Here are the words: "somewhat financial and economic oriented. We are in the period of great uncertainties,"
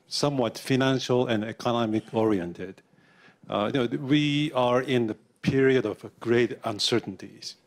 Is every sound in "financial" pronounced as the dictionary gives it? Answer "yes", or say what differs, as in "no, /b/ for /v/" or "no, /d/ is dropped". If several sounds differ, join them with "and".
yes